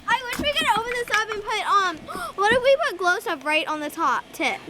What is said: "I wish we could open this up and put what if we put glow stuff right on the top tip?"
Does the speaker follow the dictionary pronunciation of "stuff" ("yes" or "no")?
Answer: no